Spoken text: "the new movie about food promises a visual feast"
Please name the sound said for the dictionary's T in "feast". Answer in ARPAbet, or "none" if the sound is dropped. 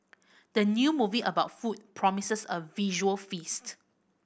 T